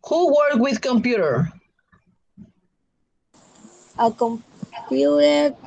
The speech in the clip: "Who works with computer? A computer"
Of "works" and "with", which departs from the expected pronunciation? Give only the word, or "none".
works